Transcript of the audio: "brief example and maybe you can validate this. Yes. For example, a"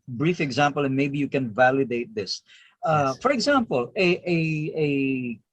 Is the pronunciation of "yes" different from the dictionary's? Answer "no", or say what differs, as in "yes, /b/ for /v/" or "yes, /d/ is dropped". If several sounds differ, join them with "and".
yes, /s/ is dropped